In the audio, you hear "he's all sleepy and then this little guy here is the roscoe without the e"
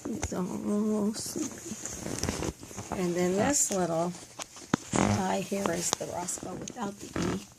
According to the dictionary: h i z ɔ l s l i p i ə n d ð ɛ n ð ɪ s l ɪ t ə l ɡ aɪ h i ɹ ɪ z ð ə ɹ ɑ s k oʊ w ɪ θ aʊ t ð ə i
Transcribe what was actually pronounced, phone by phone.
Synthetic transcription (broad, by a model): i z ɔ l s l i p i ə n ð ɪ n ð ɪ s l ɪ t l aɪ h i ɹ ɪ z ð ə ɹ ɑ s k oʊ w ɪ θ aʊ t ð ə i